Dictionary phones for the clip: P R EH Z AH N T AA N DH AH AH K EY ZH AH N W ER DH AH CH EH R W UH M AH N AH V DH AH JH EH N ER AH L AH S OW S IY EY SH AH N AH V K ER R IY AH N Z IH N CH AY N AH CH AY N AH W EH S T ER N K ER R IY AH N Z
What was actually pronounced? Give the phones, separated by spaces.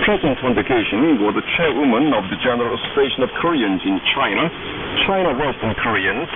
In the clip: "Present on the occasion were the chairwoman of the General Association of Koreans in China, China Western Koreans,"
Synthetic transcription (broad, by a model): P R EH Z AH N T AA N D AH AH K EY SH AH N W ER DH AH CH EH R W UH M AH N AH V DH AH JH EH N ER AH L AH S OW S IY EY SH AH N AH V K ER R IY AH N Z IH N CH AY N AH CH AY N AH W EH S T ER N K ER R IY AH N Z